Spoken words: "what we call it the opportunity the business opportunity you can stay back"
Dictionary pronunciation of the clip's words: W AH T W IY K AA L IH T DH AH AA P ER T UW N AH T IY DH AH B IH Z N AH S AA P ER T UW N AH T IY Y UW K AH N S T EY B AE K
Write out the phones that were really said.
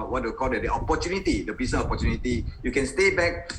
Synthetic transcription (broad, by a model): W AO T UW K AA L IH T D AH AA P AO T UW N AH T IY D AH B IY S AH AA P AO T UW N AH T IY Y UW K AH N S T EY B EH K